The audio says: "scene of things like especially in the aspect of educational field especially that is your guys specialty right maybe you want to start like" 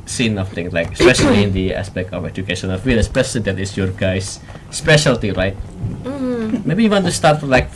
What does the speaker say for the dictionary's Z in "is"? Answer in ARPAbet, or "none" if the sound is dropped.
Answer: S